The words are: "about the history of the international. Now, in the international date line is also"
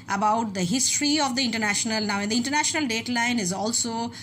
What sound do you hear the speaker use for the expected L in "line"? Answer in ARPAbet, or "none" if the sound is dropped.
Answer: L